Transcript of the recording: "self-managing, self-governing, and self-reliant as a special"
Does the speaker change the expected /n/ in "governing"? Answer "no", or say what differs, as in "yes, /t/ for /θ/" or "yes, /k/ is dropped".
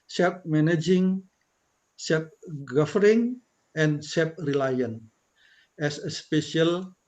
yes, /n/ is dropped